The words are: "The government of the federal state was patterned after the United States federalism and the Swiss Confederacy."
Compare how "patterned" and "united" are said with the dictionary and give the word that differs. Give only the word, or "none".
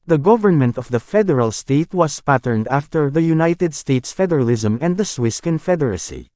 none